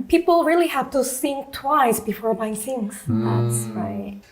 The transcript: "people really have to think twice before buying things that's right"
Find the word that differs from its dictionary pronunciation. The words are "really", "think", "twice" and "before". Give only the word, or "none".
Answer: think